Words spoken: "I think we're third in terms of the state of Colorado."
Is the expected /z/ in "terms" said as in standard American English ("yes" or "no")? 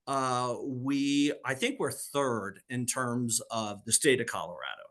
yes